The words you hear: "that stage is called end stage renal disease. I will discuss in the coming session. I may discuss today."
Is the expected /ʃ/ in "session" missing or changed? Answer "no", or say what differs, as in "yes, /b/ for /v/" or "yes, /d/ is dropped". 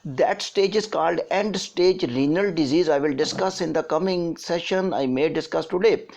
no